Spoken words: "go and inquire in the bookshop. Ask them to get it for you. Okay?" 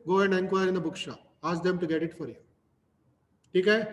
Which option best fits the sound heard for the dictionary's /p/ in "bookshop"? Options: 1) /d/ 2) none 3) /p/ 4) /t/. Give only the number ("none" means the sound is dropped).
2